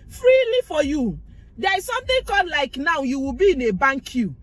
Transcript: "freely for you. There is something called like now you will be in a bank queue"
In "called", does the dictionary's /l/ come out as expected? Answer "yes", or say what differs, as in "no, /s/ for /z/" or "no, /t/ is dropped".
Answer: no, /l/ is dropped